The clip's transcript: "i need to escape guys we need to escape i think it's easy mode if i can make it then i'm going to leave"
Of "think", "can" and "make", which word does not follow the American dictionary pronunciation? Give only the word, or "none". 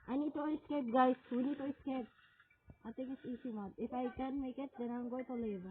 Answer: think